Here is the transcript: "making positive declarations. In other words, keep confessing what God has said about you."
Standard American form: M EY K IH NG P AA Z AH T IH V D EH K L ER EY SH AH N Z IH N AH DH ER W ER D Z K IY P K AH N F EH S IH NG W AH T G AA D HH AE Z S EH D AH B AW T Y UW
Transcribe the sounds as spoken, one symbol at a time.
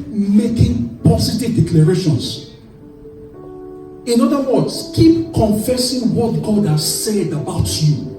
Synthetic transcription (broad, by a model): M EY K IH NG P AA S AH T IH V D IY K L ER EY SH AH N S IH N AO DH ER W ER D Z K IY P K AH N F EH S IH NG W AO T G AA D HH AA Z S EH D AH B AW T Y UW